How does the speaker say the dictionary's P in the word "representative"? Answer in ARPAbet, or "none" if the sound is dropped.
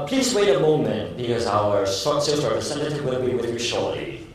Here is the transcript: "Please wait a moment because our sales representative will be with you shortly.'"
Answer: F